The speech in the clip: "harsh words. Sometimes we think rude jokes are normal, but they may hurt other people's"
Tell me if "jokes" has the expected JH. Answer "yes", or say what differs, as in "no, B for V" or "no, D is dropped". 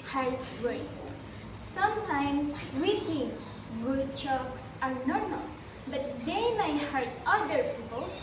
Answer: no, CH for JH